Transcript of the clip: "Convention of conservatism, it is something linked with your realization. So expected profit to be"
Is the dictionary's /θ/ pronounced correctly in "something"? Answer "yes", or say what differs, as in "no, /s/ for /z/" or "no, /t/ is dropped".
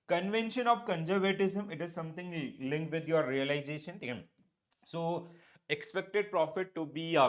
no, /t/ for /θ/